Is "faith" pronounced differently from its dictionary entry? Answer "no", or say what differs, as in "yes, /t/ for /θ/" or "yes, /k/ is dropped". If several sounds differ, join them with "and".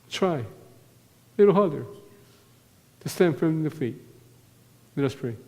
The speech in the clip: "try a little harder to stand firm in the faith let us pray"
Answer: yes, /t/ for /θ/